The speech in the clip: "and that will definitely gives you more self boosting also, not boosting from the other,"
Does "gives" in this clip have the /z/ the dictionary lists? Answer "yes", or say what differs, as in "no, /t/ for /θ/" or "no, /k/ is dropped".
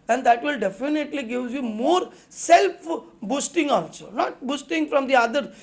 no, /z/ is dropped